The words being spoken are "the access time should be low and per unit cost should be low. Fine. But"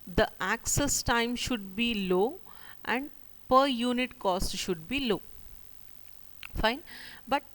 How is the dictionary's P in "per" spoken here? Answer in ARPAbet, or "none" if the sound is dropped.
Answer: P